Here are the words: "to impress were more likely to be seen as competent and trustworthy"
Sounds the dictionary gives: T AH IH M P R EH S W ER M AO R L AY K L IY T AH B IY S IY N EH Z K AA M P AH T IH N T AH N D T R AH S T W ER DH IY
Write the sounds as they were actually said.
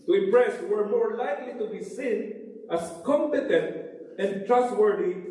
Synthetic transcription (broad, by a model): T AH IH M P R EH S W ER M AO R L AY K L IY T AH B IY S IY N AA S K AA M P AH T IH N T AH N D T R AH S T W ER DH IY